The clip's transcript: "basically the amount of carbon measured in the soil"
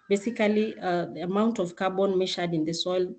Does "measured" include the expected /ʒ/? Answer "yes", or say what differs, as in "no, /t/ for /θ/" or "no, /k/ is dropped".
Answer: no, /ʃ/ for /ʒ/